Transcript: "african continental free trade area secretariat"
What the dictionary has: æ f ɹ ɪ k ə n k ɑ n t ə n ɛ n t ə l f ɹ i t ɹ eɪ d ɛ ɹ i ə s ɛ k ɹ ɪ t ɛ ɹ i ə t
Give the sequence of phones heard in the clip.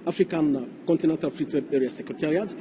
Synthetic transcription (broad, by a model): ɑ f ɹ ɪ k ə n k ɑ n t ə n ɛ n t ə l f ɹ i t eɪ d ɛ ɹ i ə s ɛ k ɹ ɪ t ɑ ɹ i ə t